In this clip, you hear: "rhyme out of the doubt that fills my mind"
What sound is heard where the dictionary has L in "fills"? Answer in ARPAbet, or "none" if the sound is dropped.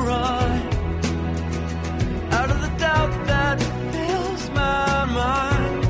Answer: L